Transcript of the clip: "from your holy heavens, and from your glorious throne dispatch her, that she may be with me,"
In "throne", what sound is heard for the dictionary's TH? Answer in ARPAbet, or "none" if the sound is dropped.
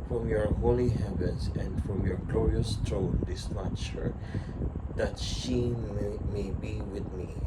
T